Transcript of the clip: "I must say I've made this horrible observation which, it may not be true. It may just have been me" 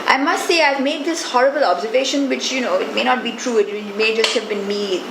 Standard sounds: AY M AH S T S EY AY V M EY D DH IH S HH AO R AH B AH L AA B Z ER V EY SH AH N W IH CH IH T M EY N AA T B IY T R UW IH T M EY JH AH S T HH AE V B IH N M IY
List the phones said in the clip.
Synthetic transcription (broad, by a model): AY M AH S T S EY AY V M EY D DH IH S HH AO R AH B AH L AA B Z ER V EY SH AH N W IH CH IH T M EY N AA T B IY T R UW IH T M EY JH AH S T HH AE V B IH N M IY